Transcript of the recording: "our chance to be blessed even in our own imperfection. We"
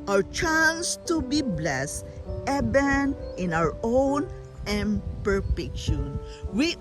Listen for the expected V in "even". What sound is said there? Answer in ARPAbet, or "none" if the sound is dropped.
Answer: B